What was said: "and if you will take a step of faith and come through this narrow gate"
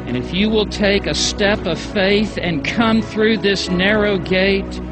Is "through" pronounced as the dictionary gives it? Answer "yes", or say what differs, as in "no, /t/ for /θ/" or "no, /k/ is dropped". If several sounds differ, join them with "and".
yes